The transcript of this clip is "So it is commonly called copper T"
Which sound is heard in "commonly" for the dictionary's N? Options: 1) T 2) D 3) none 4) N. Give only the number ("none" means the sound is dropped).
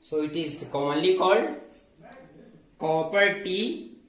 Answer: 3